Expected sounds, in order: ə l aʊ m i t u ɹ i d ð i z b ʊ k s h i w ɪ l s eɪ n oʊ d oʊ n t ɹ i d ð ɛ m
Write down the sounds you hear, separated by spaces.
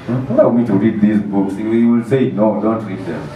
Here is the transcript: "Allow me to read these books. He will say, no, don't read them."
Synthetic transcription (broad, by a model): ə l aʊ m i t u ɹ i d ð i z b ʊ k s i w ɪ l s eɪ n oʊ d oʊ n t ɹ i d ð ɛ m